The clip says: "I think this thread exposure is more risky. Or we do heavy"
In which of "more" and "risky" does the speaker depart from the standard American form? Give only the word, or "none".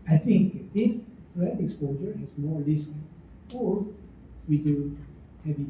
risky